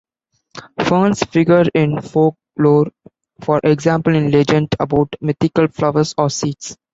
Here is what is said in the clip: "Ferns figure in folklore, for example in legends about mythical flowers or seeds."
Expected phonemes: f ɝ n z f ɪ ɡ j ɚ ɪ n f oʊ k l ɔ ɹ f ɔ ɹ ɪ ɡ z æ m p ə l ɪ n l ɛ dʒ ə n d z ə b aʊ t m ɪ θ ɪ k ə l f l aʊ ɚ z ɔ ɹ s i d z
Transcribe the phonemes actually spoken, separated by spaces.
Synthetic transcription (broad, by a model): f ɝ n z f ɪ ɡ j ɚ ɪ n f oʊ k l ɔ ɹ f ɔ ɹ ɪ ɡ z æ m p ə l ɪ n l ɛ dʒ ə n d ə b aʊ t m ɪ t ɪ k ə l f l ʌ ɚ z ɔ ɹ s i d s